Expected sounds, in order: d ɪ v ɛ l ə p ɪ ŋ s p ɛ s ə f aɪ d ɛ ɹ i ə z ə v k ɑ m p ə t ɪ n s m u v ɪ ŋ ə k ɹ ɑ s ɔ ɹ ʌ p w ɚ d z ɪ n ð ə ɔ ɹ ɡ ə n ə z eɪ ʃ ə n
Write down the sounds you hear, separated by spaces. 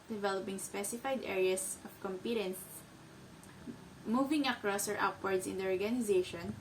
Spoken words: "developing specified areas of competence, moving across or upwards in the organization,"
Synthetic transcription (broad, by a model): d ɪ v ɛ l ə p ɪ ŋ s p ɛ s ə f aɪ d ɛ ɹ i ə s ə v k ɑ m p ə t ɪ n s m u v ɪ ŋ ə k ɹ ɑ s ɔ ɹ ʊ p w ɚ d s ɪ n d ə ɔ ɹ ɡ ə n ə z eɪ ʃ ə n